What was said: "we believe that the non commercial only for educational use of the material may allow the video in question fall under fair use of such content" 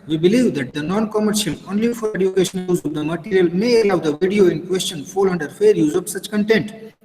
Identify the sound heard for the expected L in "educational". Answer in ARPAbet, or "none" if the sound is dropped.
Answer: N